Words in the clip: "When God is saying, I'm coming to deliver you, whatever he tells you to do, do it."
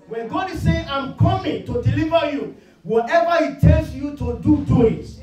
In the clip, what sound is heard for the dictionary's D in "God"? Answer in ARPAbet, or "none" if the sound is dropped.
D